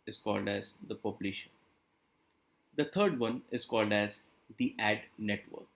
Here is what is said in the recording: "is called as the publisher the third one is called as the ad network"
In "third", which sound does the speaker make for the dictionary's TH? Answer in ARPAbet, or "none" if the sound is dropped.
T